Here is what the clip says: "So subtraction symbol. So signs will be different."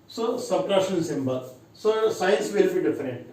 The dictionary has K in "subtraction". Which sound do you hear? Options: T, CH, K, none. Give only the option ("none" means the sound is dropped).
none